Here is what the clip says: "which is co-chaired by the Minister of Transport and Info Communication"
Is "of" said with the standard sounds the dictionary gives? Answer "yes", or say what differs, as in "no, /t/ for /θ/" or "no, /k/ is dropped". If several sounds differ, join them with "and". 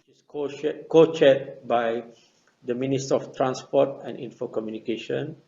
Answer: no, /f/ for /v/